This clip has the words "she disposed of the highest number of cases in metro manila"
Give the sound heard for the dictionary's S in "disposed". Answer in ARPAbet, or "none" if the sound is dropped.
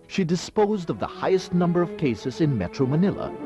S